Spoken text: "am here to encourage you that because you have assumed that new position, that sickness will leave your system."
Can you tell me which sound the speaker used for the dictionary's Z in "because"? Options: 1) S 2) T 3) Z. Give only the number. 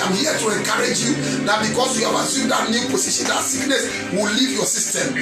1